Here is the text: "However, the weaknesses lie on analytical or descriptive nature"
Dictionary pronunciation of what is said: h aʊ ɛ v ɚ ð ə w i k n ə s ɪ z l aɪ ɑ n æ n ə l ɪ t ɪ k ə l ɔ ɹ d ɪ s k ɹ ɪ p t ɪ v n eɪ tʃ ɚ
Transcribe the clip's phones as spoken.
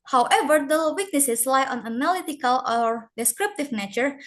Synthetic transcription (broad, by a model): h aʊ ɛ v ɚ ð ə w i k n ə s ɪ s l aɪ ɑ n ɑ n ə l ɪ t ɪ k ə l ɔ ɹ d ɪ s k ɹ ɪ p t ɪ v n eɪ tʃ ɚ